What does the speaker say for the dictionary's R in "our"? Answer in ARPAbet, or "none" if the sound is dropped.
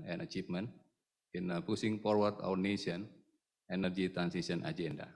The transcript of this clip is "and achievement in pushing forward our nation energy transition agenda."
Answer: W